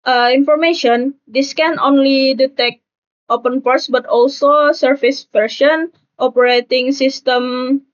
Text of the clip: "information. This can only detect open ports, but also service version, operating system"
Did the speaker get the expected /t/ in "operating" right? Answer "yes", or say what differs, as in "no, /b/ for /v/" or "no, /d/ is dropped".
yes